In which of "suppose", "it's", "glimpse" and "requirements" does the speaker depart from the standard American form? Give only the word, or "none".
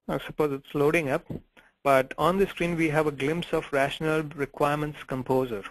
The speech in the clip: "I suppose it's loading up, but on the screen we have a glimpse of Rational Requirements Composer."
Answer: none